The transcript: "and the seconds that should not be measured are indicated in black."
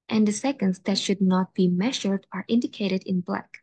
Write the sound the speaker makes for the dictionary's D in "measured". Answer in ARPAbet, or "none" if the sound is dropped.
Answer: D